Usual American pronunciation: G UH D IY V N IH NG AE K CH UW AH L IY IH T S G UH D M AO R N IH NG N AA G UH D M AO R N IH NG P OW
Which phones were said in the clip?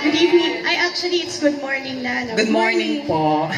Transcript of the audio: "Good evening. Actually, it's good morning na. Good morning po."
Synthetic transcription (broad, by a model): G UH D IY N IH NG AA K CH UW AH L IY IH T S G UH D M AO R N IH NG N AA G UH D M AO R N IH NG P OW